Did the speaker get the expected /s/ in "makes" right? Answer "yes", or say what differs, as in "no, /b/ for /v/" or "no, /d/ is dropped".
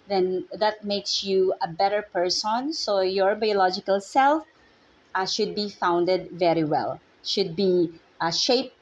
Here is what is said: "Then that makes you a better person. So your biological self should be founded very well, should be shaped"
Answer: yes